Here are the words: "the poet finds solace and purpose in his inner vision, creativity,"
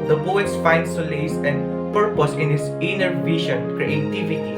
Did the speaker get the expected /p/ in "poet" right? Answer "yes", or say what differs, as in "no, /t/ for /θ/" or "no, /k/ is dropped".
no, /b/ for /p/